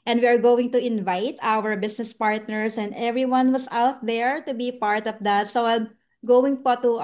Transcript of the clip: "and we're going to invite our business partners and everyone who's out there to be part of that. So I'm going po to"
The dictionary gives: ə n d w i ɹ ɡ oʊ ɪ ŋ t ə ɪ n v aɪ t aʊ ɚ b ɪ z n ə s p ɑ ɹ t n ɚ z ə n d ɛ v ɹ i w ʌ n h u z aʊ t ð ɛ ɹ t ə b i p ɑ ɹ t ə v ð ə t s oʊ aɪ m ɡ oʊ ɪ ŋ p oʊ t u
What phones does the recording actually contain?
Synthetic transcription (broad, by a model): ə n d w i ɹ ɡ oʊ ɪ ŋ t ə ɪ n v aɪ t aʊ ɚ b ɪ s n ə s p ɑ ɹ t n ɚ s ə n d ɛ v ɹ i w ʌ n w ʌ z aʊ t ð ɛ ɹ t ə b i p ɑ ɹ t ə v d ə t s oʊ aɪ m ɡ oʊ ɪ ŋ p oʊ t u